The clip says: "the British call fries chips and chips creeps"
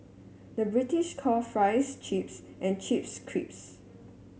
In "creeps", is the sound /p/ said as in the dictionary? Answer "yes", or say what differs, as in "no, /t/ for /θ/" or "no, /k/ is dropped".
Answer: yes